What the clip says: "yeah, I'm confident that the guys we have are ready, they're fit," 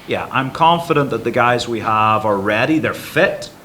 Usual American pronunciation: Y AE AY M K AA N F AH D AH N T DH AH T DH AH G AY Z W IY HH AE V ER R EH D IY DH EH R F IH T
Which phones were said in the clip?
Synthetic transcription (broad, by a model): Y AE AY M K AA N F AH D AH N DH AH T DH AH G AY Z W IY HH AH V ER R EH D IY DH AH R F IH T